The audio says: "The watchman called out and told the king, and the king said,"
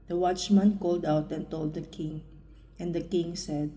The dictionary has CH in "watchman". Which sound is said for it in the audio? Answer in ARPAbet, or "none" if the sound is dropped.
CH